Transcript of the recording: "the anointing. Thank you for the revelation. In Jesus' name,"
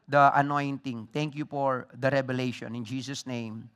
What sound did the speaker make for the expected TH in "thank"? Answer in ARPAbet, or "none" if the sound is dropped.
T